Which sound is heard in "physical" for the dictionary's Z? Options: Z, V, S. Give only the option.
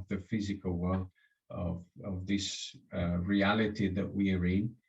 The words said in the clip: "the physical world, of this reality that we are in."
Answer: Z